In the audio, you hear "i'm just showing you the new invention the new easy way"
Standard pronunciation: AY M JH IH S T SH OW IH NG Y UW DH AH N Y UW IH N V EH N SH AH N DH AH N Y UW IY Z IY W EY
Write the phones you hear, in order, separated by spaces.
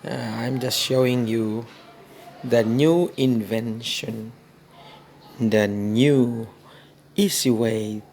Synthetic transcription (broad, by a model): AY M JH IH S T SH OW IH NG Y UW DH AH N Y UW IH N V EH N SH AH N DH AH N Y UW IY S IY W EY